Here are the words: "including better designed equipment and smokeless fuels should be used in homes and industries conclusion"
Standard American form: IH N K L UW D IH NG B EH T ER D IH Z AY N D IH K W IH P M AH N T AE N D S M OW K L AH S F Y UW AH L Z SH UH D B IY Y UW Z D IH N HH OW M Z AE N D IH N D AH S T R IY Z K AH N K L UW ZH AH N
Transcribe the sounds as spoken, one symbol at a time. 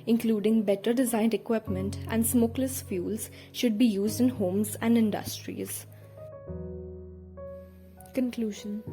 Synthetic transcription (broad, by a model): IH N K L UW D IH NG B EH T ER D IH Z AY N D IH K W IH P M AH N T AE N D S M OW K L AH S F Y UW L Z SH UH D B IY Y UW Z D IH N HH OW M Z AE N D IH N D AH S T R IY Z K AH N K L UW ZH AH N